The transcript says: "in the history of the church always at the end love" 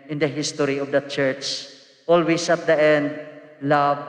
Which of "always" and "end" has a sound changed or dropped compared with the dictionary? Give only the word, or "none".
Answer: always